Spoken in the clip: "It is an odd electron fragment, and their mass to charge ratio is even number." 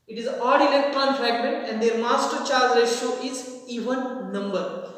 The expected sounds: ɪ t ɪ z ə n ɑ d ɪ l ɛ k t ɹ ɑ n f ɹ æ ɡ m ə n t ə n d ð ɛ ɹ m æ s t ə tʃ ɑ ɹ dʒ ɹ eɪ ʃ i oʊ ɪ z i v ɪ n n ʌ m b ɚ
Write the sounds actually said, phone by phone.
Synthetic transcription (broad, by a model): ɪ t ɪ z ɑ d ɪ l ɛ k t ɹ ɑ n ɹ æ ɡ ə t ə n d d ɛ ɹ m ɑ s t ə tʃ ɑ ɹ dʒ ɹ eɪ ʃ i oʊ ɪ z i v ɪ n n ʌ m b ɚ